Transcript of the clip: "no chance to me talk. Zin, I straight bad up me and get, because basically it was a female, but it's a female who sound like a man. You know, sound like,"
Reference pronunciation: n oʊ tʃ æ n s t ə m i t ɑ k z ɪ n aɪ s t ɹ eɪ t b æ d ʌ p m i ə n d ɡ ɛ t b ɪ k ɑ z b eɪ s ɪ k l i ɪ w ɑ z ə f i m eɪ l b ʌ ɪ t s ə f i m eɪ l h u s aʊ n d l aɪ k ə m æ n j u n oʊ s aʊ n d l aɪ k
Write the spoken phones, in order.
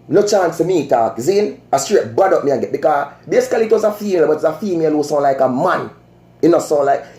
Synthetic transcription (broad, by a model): n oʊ tʃ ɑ n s t ə m i t ɑ k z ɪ n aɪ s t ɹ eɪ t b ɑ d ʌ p m i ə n ɡ ɛ t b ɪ k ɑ b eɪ s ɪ k l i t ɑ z ə f i m eɪ l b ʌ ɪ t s ə f i m eɪ l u s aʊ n l aɪ k ə m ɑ n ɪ n oʊ s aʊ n l aɪ k